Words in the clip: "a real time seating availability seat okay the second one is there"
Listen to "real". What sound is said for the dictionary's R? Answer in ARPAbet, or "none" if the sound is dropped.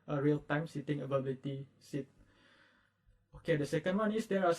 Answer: R